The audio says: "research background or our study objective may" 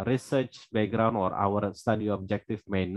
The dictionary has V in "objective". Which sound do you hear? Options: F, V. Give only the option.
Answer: F